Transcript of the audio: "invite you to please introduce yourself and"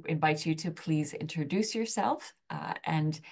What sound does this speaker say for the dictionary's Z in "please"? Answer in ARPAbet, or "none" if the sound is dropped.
Z